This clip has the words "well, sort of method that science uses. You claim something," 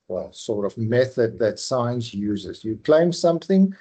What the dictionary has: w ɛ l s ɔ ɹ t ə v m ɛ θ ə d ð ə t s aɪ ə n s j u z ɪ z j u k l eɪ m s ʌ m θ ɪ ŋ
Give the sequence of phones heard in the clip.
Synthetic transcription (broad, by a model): w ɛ l s ɔ ɹ t ə v m ɛ θ ə d ð ə t s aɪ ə n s j u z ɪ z j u k l eɪ m s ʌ m θ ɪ ŋ